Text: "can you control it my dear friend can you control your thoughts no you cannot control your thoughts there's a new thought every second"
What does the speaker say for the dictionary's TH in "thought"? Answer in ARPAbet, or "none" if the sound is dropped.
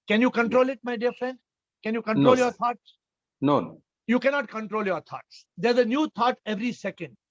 T